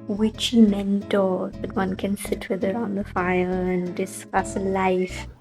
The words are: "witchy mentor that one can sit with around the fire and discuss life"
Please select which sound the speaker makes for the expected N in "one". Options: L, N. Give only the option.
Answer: N